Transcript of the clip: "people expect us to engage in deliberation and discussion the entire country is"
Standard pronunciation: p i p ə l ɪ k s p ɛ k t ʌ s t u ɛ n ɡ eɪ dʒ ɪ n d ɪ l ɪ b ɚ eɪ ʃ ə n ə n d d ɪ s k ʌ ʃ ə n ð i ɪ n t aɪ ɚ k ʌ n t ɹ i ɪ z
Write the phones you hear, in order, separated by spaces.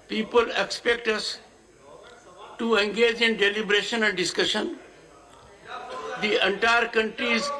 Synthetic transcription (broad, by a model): p i p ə l ɪ k s p ɛ k t ʌ s t u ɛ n ɡ eɪ dʒ ɪ n d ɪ l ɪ b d eɪ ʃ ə n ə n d d ɪ s k ʌ ʃ ə n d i ɪ n t aɪ ɚ k ʌ n t ɹ i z